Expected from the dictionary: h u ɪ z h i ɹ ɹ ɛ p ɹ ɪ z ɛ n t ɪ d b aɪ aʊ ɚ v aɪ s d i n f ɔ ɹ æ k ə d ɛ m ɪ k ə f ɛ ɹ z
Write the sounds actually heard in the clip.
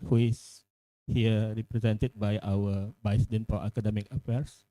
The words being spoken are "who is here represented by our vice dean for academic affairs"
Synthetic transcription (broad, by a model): h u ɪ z h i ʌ ɹ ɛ p ɹ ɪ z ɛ n t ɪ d b aɪ aʊ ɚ b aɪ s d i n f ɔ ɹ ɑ k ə d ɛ m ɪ k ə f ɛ ɹ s